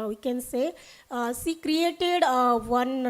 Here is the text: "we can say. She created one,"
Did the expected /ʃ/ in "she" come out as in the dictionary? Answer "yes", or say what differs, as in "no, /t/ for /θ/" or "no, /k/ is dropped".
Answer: no, /s/ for /ʃ/